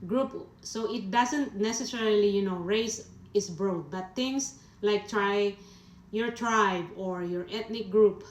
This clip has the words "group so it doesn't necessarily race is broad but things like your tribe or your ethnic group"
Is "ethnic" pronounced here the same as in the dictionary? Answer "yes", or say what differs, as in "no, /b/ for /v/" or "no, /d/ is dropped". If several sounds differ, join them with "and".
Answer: no, /t/ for /θ/